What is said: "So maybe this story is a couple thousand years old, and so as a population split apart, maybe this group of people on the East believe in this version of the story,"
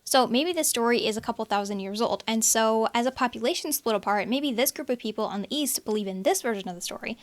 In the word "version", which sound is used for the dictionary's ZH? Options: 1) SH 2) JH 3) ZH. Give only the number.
3